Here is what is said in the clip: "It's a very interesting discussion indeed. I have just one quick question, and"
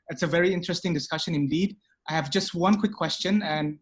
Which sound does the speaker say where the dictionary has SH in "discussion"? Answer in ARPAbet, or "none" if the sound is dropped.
SH